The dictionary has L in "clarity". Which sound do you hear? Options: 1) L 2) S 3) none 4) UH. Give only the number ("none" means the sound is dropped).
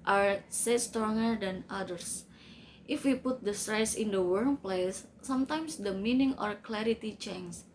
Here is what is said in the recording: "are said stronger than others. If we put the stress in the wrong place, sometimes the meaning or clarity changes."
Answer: 1